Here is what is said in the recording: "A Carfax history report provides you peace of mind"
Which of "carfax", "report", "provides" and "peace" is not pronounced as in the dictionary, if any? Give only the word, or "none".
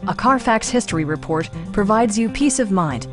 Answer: none